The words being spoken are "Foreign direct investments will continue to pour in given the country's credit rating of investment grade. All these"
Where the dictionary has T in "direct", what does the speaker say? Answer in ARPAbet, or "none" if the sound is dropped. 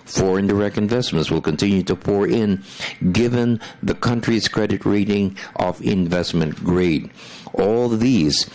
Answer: T